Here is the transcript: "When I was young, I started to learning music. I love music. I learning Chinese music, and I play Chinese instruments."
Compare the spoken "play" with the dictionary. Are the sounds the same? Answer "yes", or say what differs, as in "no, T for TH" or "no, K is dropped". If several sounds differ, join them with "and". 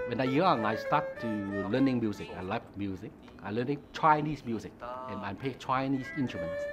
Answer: no, L is dropped